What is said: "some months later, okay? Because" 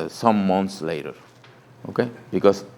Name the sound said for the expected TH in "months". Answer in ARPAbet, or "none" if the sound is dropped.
T